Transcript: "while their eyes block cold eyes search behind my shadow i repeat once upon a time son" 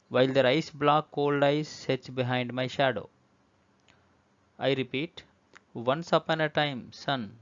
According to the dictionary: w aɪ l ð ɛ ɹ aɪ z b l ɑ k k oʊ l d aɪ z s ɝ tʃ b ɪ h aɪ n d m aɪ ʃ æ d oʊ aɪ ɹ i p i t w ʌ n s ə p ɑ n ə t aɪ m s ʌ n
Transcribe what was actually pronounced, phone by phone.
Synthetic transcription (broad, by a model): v aɪ l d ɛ ɹ aɪ s b l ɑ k k oʊ l d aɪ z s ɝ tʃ b ɪ h aɪ n d m aɪ ʃ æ d oʊ aɪ ɹ i p i t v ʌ n s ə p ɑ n ə t aɪ m s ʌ n